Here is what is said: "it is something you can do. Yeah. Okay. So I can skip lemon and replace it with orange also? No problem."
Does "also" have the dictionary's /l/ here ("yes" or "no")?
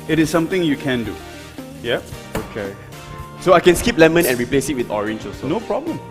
no